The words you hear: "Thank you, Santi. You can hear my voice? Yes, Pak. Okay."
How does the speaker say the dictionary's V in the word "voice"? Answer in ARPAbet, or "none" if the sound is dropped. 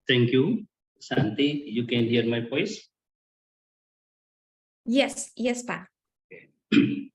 P